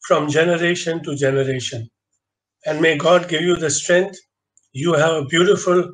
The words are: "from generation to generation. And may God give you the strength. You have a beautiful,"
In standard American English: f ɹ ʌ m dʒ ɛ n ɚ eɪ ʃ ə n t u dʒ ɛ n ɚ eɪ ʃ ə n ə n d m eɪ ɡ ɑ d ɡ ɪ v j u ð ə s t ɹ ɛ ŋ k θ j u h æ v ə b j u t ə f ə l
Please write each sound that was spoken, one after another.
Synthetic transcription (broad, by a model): f ɹ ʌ m dʒ ɛ n ɚ eɪ ʃ ə n t u dʒ ɛ n ɚ eɪ ʃ ə n ə n d m eɪ ɡ ɑ d ɡ ɪ v j u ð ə s t ɹ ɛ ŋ k t j u h æ v ə b j u t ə f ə l